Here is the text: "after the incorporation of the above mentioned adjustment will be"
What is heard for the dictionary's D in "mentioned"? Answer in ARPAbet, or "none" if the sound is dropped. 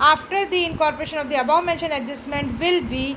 none